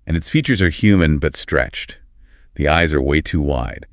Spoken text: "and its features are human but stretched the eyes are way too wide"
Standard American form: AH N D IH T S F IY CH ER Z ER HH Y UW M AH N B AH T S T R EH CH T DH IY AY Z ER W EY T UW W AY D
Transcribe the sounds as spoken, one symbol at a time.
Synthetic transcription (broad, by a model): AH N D IH T S F IY CH ER Z ER HH Y UW M AH N B AH T S T R EH CH T DH IY AY Z ER W EY T UW W AY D